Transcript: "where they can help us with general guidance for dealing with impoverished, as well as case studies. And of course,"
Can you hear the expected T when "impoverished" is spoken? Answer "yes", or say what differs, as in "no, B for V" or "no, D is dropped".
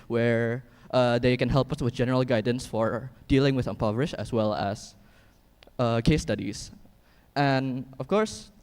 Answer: no, T is dropped